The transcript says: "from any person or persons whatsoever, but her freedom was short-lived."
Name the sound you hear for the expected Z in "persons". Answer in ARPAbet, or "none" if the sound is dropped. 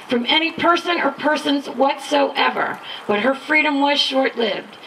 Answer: Z